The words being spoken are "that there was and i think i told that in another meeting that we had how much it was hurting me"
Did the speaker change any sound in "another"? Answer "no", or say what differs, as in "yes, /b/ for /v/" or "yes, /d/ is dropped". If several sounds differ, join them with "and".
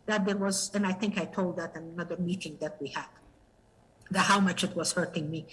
no